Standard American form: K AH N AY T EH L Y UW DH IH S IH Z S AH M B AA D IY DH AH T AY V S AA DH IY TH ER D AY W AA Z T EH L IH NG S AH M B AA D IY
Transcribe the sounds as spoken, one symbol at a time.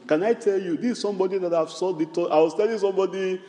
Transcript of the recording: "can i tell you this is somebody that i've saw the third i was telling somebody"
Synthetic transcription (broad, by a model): K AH N AY T EH L Y UW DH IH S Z S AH M B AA D IY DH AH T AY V S AA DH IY T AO AY W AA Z T EH L IH NG S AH M B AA D IY